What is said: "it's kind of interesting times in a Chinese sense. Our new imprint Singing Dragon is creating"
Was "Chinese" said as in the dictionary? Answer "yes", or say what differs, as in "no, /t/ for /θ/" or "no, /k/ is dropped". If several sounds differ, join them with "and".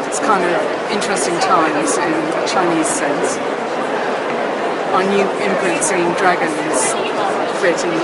yes